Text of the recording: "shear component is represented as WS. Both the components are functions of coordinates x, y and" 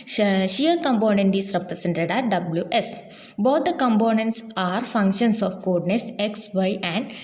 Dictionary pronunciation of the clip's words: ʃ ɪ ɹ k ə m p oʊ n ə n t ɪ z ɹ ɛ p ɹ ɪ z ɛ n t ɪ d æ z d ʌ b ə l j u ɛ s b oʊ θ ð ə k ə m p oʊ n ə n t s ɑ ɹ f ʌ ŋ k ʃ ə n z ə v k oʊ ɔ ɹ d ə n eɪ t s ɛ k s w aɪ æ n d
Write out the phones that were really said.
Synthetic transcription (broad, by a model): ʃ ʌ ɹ k ə m p oʊ n ə n t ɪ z ɹ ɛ p ɹ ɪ s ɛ n t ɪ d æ d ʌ b l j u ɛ s b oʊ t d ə k ə m p oʊ n ə n t s ɑ ɹ f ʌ ŋ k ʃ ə n s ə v k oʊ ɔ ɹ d n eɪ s ɛ k s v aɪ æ n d